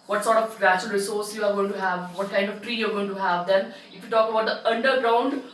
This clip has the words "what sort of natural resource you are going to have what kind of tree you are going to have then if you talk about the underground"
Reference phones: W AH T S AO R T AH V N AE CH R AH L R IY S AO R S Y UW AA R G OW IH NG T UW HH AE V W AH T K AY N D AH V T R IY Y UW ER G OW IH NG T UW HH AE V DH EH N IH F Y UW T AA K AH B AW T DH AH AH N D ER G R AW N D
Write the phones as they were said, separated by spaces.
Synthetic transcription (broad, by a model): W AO T S AO R T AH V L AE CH AH L R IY S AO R S Y UW AA R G OW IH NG T UW HH AE V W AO T K AY N D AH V T R IY Y UW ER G OW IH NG T UW HH AE V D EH N IH F Y UW T AA K AH B AW T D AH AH N D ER G R AW N D